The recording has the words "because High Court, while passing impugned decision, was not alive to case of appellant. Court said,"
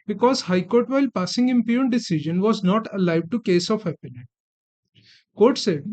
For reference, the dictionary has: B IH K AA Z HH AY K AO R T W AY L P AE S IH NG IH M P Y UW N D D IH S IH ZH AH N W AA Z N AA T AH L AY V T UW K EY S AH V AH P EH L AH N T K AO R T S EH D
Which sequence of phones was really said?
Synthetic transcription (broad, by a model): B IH K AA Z HH AY K AO R T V AY L P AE S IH NG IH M P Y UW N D D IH S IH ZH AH N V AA Z N AA T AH L AY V T UW K EY S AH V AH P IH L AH T K AO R T S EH D